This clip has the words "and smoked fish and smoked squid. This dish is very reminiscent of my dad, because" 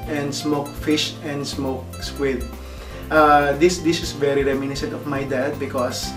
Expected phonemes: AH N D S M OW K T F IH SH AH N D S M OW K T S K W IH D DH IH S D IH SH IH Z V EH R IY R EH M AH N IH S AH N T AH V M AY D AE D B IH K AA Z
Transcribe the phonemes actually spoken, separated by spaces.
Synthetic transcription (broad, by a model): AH N D S M OW K F IH SH AH N D S M OW K S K W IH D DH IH S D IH S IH S V EH R IY R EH M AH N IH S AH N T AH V M AY D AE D B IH K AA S